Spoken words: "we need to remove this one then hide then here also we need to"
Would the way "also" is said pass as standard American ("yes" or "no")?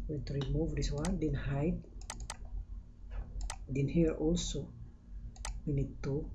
yes